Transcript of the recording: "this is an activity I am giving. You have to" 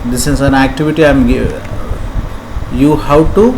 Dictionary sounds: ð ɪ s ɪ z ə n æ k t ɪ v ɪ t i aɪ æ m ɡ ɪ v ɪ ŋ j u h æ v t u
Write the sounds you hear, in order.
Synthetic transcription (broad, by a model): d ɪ s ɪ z ə n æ k t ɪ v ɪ t i aɪ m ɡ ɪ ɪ j u h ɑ w t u